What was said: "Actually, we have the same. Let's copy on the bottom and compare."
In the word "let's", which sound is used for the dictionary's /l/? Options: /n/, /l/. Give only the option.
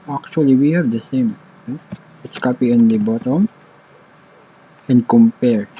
/n/